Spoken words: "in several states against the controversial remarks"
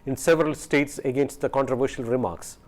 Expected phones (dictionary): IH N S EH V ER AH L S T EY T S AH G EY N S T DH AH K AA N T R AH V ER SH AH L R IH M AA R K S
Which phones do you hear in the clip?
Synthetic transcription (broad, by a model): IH N S EH V ER AH L S T EY T S AH G EY N S T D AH K AA N T R AH V ER SH AH L R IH M AA R K S